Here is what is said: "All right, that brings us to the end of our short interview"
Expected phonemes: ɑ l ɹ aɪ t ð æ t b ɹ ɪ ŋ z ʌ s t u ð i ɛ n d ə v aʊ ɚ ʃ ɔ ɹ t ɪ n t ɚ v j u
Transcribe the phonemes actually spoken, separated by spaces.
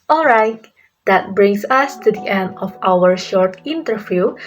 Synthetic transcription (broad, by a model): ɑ l ɹ aɪ t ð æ t b ɹ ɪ ŋ s ʌ s t u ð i ɛ n d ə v aʊ ɚ ʃ ɔ ɹ t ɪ n t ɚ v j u